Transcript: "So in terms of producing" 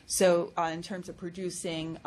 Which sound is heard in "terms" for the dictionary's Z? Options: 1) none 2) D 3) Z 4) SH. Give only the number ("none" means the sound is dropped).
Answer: 3